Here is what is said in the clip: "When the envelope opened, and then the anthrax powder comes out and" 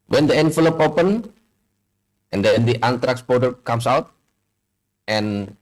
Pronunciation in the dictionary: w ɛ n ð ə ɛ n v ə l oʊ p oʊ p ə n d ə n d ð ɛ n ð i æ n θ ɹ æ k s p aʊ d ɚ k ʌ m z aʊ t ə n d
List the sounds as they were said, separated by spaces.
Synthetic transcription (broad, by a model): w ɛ n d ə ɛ n f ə l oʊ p oʊ p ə n ə n d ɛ n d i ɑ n t ɹ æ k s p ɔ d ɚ k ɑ m s aʊ t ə n